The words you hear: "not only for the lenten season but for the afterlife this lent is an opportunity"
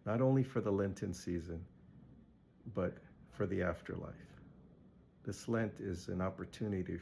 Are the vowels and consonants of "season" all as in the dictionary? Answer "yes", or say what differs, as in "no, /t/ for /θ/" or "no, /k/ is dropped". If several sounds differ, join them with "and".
yes